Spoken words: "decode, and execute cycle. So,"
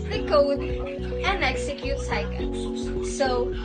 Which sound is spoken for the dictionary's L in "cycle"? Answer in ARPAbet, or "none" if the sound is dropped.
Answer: N